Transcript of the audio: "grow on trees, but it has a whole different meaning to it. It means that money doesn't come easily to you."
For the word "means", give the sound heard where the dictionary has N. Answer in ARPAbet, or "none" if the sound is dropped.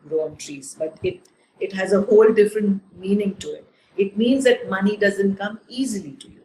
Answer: N